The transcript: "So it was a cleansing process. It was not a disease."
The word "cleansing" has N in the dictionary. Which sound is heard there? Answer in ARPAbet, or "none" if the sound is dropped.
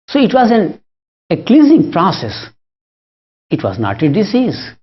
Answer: none